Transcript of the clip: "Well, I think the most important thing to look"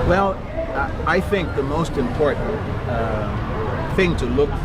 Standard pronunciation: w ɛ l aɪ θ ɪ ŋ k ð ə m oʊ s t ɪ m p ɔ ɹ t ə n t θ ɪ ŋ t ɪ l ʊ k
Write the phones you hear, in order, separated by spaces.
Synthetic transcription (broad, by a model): w ɛ l aɪ θ ɪ ŋ k ð ə m oʊ s t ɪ m p ɔ ɹ t n t θ ɪ ŋ t ɪ l ʊ k